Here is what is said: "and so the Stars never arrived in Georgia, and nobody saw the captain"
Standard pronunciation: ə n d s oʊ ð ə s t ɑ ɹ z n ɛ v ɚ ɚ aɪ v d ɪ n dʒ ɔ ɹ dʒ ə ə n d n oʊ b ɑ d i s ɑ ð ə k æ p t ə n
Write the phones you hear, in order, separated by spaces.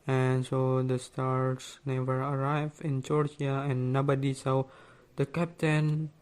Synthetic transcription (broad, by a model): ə n s oʊ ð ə s t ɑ ɹ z n ɛ v ɚ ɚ aɪ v ɪ n dʒ ɔ ɹ dʒ ə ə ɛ n oʊ b ɑ d i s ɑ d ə k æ p t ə n